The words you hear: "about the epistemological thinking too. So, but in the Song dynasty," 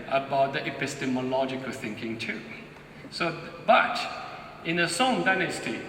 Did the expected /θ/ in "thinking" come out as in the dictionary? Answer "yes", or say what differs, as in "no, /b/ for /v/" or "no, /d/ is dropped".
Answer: yes